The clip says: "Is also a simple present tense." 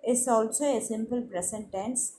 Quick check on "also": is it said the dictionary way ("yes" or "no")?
yes